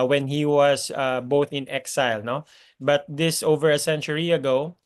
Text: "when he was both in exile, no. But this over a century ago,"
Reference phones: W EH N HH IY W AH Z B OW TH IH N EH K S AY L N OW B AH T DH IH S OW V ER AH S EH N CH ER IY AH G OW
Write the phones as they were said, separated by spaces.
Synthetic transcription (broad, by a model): W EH N HH IY W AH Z B OW TH IH N EH K S AY L N OW B AH T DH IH S OW V ER AH S EH N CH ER IY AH G OW